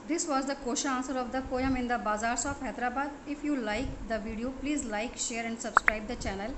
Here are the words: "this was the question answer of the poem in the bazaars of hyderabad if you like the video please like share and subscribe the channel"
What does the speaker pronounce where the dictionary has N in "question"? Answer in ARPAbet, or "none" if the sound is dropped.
none